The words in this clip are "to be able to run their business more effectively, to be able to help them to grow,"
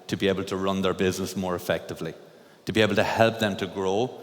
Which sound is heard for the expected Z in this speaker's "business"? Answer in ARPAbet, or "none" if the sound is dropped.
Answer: Z